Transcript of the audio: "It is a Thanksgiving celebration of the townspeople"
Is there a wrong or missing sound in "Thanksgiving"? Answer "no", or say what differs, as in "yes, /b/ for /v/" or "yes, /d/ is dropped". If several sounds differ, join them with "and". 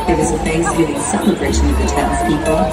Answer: yes, /f/ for /θ/